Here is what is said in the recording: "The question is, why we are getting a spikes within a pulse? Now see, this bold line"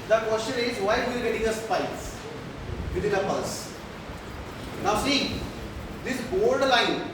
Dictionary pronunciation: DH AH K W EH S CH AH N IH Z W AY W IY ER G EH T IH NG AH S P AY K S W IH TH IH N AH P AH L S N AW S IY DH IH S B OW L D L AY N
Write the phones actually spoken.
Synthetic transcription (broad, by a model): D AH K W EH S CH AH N IH Z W AY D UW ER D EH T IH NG AH S P AY S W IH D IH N AH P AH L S N AW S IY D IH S B OW L D L AY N